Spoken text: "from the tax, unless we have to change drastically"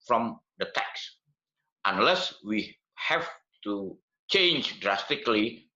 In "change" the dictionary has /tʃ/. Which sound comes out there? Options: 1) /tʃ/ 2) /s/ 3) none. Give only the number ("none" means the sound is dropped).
1